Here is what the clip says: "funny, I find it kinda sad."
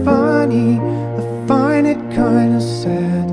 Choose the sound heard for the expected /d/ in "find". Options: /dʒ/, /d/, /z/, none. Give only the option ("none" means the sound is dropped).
none